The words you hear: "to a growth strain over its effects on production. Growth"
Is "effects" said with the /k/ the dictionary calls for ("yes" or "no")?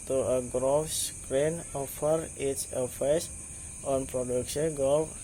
no